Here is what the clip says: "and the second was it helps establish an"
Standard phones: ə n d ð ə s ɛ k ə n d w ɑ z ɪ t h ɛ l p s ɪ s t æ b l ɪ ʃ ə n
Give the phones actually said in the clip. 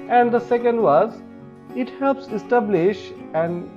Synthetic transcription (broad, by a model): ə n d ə s ɛ k ə n d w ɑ z ɪ t h ɛ l p s ɪ s t æ b l ɪ ʃ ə n